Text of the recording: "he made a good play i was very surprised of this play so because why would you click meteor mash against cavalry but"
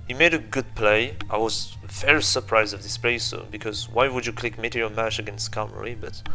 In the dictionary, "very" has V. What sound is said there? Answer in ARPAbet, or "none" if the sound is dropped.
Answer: F